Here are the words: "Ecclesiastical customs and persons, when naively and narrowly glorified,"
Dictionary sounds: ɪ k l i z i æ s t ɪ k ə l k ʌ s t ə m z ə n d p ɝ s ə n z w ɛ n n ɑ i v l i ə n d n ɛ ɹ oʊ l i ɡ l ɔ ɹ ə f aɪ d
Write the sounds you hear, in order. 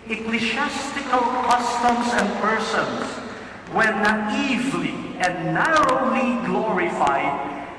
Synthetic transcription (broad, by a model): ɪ k l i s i s t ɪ k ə l k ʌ s t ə m s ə n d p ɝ s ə n s w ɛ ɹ n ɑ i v l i ə n d n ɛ ɹ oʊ l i ɡ l ɔ ɹ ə f aɪ d